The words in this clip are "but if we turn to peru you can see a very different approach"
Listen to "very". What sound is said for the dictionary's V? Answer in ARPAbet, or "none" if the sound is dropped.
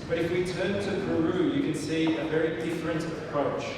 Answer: V